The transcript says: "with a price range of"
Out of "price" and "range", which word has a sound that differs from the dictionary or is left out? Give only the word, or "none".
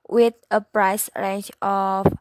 range